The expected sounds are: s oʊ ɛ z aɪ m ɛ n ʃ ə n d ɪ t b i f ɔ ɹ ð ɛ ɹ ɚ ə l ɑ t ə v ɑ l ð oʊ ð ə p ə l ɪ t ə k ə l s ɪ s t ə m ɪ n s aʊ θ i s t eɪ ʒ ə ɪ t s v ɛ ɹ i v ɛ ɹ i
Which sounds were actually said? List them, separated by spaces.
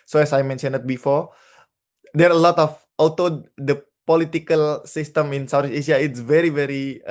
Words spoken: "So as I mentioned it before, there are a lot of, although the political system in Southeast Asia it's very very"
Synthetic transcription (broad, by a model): s oʊ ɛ s aɪ m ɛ n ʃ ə n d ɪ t b i f ɔ ɹ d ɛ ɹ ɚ ə l ɑ t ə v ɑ l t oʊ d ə p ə l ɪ t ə k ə l s ɪ s t ə m ɪ n s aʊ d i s eɪ ʃ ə ɪ t s v ɛ ɹ i v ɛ ɹ i